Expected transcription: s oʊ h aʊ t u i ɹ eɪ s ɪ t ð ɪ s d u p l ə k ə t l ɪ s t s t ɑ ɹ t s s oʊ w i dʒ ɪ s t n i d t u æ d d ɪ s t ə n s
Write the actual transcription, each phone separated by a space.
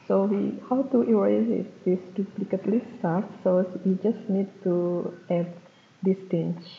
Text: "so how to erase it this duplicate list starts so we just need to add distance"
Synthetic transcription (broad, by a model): s oʊ h aʊ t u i w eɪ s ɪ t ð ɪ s d u p l ə k ə t l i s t s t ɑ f s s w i dʒ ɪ s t n i d t u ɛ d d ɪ s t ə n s